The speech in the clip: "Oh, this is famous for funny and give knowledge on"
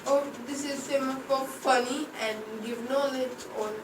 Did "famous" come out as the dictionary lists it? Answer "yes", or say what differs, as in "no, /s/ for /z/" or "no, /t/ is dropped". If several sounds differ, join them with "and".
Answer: no, /s/ is dropped